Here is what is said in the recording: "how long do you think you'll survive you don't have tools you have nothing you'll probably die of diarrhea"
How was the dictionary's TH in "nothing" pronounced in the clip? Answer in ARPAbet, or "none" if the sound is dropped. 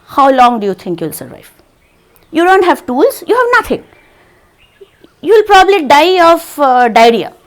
T